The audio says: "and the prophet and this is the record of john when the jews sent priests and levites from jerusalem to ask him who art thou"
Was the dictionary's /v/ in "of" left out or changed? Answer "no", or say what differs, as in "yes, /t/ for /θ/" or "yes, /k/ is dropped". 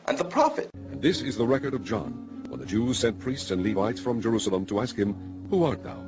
no